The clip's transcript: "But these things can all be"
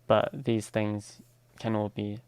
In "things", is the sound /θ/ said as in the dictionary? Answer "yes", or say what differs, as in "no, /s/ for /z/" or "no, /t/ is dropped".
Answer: yes